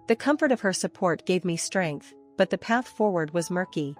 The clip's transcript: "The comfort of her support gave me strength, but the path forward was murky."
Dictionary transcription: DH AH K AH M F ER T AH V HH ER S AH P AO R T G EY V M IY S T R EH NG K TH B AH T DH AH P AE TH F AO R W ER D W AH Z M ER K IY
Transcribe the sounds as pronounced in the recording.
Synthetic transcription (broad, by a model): DH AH K AH M F ER T AH V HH ER S AH P AO R T G EY V M IY S T R EH NG K TH B AH T DH AH P AE TH F AO R W ER D W AH Z M ER K IY